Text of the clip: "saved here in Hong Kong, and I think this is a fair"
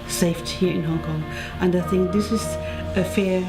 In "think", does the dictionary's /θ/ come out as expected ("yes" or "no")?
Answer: yes